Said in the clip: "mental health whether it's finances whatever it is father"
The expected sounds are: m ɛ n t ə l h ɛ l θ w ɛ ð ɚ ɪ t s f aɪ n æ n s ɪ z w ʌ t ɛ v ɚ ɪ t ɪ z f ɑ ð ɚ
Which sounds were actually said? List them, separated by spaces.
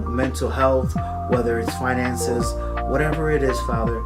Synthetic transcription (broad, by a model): m ɛ n t l h ɛ l θ w ɛ ð ɚ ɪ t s f aɪ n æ n s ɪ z w ʌ t ɛ v ɚ ɪ t ɪ z f ɑ ð ɚ